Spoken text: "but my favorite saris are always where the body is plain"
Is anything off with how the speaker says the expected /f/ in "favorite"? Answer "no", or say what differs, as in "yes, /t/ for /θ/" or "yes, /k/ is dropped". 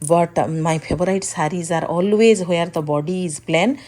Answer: yes, /p/ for /f/